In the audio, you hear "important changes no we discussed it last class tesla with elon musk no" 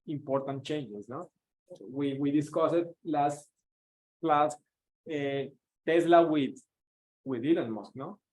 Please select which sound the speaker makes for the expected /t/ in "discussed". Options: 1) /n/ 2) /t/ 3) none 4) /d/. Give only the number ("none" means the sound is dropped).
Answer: 3